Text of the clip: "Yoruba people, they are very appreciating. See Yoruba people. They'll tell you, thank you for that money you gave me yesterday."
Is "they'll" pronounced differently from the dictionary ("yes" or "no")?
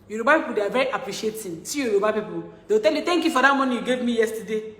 yes